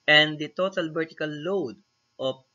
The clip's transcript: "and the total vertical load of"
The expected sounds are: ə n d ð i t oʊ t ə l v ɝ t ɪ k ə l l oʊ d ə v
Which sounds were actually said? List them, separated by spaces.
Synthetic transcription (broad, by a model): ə n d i t oʊ t ə l b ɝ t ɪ k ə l l oʊ d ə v